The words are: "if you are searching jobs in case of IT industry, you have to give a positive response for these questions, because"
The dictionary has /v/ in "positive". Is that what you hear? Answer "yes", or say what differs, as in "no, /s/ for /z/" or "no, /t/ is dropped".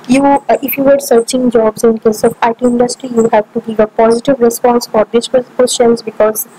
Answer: yes